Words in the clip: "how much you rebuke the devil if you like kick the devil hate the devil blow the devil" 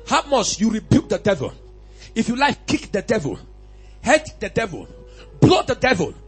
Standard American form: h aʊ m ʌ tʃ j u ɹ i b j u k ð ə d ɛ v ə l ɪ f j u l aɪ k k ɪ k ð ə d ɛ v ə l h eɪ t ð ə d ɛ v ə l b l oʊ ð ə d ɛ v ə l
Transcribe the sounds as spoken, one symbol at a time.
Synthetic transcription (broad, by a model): h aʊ m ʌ s j u ɹ i b j u k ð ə d ɛ v ə l ɪ f j u l aɪ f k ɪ k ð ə d ɛ v ə l h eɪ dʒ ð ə d ɛ v ə l b l oʊ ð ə d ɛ v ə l